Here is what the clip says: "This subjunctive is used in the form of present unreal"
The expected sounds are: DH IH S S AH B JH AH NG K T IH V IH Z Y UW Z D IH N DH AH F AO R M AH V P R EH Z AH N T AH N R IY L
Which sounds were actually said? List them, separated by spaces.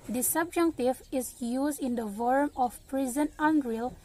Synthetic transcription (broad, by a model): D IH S S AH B JH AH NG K T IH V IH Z Y UW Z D IH N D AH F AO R M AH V P R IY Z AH N AH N R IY L